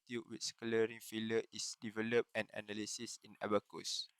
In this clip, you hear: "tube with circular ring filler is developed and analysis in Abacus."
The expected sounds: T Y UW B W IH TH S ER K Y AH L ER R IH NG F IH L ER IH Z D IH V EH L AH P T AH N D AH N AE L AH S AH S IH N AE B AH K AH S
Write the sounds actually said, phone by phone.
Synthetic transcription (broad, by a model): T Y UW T W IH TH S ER K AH L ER R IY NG F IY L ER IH S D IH V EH L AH P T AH N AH N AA L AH S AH S IH N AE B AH K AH S